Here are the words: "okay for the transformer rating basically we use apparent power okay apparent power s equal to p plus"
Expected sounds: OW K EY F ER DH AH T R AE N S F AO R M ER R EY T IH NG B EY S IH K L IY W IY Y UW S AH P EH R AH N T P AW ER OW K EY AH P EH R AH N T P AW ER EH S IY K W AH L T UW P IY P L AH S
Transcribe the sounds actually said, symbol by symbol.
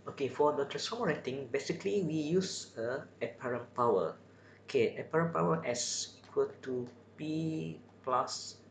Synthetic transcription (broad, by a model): OW K EY F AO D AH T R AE S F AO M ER R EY T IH NG B EY S IH K L IY W IY Y UW S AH P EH R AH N P AW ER OW K EY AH P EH R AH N P AW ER EH S IY K W AH L T UW P IY P L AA S